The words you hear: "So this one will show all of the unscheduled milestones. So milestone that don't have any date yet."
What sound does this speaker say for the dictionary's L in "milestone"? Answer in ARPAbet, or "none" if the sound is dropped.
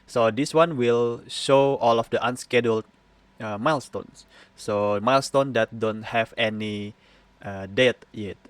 L